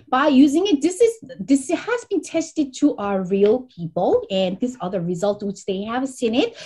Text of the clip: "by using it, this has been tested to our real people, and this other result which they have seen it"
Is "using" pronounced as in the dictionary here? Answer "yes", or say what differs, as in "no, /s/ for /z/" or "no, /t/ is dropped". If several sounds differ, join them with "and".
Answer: yes